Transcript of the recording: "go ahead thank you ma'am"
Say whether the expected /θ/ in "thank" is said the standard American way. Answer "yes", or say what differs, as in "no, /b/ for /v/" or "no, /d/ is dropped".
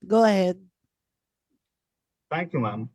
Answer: no, /t/ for /θ/